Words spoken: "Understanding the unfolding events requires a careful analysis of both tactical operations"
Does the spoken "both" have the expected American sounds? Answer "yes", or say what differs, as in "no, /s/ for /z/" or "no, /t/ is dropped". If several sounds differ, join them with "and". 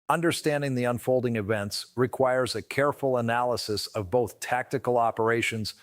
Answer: yes